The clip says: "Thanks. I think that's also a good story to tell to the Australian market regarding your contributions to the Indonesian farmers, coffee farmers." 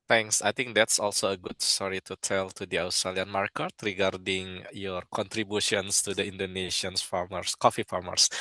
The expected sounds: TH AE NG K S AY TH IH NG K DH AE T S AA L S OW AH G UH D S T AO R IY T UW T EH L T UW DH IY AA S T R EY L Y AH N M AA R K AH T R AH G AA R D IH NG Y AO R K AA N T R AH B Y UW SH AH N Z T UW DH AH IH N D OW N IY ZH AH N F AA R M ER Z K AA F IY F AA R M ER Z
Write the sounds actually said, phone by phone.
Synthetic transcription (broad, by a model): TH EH NG K S AY T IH NG K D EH T S AA L S OW AH G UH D S T AO R IY T UW T EH L T UW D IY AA S T R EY L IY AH N M AA R K AH T R AH G AA R D IH NG Y AO R K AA N T R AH B Y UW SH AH N S T UW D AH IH N D OW N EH SH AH N F AA R M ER S K AA F IY F AA R M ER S